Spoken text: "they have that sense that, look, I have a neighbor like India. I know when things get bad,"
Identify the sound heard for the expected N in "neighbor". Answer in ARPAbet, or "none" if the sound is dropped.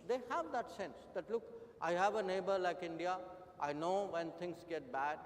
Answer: N